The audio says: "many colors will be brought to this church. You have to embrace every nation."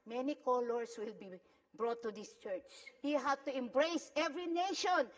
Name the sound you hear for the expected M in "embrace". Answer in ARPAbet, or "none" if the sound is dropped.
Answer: M